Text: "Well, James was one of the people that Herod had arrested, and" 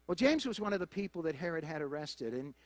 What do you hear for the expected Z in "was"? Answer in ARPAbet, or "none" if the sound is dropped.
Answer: Z